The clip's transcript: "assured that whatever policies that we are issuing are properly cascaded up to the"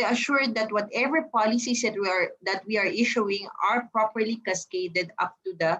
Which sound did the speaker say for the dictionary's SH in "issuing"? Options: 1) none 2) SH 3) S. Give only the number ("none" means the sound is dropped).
2